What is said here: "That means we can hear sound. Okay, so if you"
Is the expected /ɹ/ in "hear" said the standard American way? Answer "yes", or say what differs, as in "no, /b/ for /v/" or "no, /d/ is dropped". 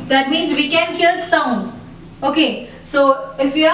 no, /l/ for /ɹ/